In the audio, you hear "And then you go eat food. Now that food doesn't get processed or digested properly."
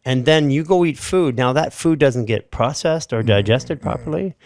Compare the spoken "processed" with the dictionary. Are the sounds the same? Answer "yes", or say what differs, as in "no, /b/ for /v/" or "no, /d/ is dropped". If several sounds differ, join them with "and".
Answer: yes